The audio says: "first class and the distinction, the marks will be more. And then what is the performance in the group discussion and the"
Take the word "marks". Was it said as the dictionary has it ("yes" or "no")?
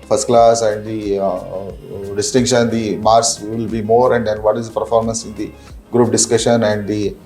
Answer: no